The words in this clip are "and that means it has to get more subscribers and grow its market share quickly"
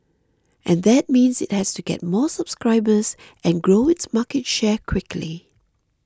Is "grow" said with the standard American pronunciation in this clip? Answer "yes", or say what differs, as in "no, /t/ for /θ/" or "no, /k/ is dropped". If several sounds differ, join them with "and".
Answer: yes